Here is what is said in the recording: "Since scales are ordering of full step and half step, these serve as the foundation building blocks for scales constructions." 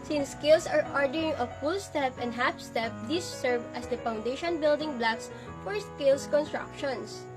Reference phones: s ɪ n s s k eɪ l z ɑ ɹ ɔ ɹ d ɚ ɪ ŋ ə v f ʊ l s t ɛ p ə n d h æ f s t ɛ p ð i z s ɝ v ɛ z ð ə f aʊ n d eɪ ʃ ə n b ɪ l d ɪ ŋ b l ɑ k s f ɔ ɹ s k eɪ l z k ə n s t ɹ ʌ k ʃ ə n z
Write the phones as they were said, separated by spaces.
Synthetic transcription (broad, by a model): s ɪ n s s k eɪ l s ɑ ɹ ɔ ɹ d ɚ ɪ ŋ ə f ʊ l s t ɛ p ə n d h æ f s t ɛ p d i s ɝ v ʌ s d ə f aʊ n d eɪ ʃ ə n b ɪ l d ɪ ŋ b l ɑ k s f ɔ ɹ s k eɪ l s k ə n s t ɹ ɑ k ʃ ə n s